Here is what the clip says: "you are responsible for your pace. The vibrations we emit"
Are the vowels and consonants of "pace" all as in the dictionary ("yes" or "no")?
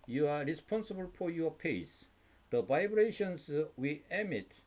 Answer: yes